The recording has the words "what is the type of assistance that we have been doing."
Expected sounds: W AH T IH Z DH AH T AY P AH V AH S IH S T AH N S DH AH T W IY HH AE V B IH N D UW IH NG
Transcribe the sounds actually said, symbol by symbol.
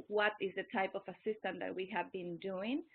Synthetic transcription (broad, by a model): W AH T IH Z DH AH T AY P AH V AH S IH S T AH N DH AH T W IY HH AE V B IH N D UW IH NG